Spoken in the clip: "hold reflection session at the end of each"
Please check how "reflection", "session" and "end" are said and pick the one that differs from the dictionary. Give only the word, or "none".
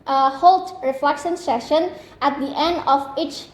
none